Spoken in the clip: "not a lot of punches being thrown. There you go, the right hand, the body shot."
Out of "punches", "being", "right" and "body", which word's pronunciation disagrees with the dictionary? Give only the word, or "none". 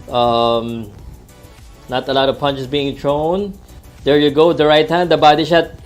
punches